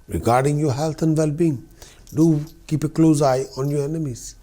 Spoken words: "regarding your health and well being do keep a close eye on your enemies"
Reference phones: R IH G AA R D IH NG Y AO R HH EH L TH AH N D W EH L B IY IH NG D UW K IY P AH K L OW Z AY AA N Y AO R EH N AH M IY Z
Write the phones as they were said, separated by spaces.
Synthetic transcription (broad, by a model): R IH G AA R D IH NG Y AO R HH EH L T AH N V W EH L B IY IH NG D UW K IY P AH K L OW Z AY AA N Y AO R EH N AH M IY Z